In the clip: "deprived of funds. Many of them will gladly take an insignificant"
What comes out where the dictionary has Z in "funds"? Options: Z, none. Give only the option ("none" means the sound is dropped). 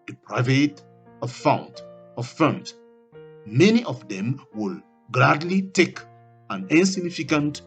none